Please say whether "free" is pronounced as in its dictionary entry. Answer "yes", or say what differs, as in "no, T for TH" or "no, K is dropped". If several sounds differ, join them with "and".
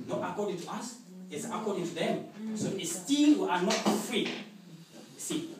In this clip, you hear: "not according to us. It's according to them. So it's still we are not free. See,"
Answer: yes